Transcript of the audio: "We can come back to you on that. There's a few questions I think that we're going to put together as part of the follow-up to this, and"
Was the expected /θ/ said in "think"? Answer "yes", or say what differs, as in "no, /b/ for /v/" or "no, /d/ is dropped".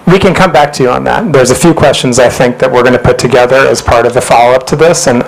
yes